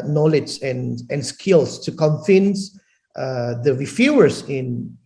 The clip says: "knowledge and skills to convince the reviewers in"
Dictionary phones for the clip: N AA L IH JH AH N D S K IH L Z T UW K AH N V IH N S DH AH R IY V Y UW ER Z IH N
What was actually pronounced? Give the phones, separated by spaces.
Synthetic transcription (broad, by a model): N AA L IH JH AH N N S K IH L S T UW K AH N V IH N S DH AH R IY F Y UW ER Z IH N